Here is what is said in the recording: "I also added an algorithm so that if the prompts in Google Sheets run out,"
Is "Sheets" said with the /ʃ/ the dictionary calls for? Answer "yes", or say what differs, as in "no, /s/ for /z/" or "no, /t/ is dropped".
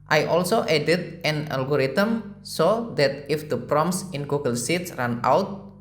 no, /s/ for /ʃ/